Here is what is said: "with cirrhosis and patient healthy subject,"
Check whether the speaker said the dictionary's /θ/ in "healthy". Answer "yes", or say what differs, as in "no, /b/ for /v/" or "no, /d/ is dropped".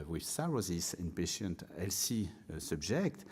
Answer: no, /s/ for /θ/